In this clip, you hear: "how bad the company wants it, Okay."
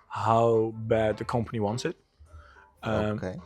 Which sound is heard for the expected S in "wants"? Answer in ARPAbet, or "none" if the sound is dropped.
S